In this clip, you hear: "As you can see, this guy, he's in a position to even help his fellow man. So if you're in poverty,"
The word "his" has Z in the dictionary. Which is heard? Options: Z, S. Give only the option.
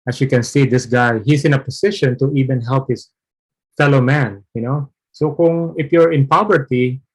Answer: S